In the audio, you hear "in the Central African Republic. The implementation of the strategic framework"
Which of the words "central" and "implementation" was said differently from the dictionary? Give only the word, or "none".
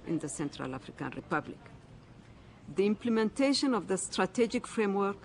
none